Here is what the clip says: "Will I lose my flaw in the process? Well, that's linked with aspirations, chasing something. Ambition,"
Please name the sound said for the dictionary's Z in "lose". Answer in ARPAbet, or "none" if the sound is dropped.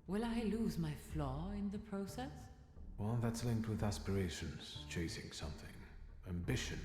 Z